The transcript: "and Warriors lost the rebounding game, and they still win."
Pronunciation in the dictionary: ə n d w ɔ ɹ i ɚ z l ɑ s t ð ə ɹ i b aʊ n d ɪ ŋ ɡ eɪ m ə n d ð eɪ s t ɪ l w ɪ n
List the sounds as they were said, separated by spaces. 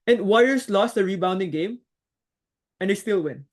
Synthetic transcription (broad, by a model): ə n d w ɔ i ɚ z l ɑ s t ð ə ɹ i b aʊ n d ɪ ŋ ɡ eɪ m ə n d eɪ s t ɪ l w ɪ n